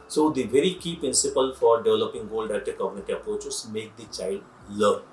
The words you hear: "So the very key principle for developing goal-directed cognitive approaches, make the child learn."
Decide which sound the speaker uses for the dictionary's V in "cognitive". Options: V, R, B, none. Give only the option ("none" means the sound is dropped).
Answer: none